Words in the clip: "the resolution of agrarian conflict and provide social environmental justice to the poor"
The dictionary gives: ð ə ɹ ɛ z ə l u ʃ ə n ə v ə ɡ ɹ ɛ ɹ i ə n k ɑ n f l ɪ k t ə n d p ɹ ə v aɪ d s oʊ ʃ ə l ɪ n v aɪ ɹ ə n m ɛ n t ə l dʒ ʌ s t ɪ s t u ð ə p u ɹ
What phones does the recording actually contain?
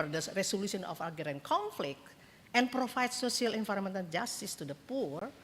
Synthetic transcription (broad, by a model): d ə ɹ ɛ s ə l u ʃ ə n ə f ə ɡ ɛ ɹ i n k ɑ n f l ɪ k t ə n p ɹ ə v aɪ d s oʊ s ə l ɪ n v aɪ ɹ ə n m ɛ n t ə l dʒ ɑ s t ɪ s t u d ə p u ɹ